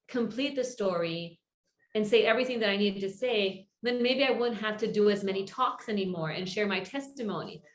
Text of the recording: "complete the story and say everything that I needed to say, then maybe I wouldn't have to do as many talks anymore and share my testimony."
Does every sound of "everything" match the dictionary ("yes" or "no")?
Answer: yes